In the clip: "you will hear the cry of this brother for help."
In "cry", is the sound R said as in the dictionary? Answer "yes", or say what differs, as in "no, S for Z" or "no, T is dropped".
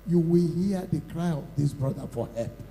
yes